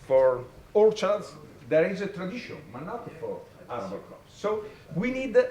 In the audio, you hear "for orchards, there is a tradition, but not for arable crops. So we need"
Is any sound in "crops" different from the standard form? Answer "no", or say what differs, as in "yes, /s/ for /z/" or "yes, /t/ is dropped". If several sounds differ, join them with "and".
yes, /ɹ/ is dropped